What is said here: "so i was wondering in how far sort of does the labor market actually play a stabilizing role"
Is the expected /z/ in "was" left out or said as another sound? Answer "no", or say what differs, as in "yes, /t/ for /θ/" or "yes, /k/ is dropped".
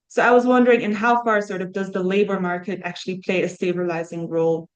no